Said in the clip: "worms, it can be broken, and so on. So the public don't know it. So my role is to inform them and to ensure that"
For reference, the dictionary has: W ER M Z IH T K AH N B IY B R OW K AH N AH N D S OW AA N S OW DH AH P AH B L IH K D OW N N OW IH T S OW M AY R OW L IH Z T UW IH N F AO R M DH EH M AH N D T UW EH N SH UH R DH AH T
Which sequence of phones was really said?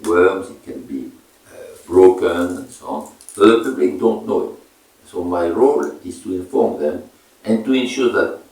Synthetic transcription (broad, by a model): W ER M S IH T K AH N B IY B R OW K AH N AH N S OW AA N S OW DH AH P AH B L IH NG D OW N N OW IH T S OW M AY R OW L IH S T UW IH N F AO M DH EH M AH N T UW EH N SH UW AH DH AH T